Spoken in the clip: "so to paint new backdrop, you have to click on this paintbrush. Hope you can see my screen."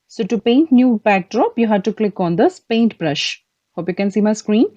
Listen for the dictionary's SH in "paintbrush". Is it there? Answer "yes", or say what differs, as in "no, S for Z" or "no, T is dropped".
yes